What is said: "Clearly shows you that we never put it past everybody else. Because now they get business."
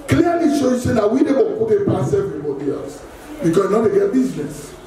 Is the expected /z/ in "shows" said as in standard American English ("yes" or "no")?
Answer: no